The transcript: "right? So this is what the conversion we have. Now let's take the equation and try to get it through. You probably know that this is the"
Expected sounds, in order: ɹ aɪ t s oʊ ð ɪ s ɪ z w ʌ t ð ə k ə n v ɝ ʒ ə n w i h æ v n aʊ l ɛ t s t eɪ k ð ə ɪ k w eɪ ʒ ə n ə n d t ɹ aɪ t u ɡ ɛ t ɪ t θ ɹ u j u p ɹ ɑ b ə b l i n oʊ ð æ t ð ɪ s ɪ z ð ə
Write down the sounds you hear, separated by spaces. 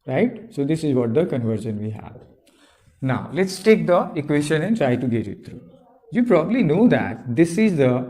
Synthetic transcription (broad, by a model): ɹ aɪ t s oʊ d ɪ s ɪ z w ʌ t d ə k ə n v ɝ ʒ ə n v i h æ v n aʊ l ɛ t s t eɪ k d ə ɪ k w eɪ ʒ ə n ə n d t ɹ aɪ t u ɡ ɛ t ɪ t t ɹ u j u p ɹ ɑ b ə b l i n oʊ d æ t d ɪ s ɪ z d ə